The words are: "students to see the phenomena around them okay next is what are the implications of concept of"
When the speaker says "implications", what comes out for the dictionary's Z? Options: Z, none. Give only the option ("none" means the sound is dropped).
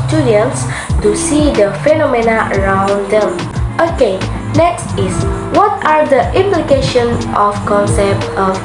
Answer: none